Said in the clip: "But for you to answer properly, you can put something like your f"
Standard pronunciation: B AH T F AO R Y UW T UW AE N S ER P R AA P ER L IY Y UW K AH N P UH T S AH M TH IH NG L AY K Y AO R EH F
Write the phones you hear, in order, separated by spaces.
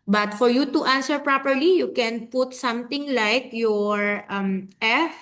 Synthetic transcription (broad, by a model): B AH T F AO R Y UW T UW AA N S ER P R AA P ER L IY Y UW K AH N P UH T S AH M T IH NG L AY K Y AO R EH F